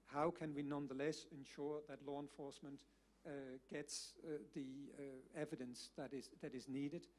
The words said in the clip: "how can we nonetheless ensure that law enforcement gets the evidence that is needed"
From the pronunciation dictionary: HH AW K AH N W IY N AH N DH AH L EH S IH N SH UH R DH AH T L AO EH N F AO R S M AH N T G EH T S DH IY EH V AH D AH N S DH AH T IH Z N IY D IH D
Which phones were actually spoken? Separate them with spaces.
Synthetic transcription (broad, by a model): HH AW K AH N W IY N AH N DH AH L EH S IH N SH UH R DH AH T L AO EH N F AO R S M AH N T G EH T S DH IY EH V AH D AH N S DH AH T IH Z N IY D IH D